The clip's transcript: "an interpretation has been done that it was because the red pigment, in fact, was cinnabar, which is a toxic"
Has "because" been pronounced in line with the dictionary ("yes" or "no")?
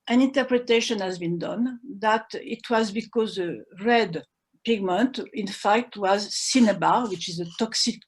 yes